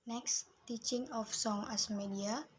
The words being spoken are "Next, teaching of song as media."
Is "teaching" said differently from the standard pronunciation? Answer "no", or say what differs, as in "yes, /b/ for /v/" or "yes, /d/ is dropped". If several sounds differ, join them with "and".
no